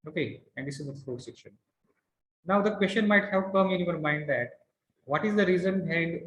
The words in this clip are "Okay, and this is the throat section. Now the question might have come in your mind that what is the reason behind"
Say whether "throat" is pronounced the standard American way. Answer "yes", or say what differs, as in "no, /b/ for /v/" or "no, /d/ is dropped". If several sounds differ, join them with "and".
no, /f/ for /θ/